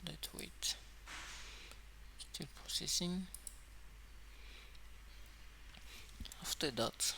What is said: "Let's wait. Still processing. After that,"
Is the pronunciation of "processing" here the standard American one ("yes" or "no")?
no